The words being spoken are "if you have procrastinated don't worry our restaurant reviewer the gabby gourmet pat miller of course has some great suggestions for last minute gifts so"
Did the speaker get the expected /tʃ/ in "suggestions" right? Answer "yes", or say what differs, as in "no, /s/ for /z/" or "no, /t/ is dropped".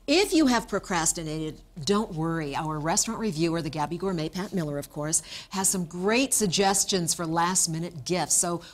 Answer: yes